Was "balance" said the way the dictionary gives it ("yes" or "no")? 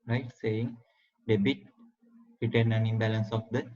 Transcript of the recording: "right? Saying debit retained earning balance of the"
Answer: yes